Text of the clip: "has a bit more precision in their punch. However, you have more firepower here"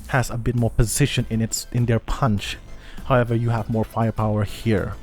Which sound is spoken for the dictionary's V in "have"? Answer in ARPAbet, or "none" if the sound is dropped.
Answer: V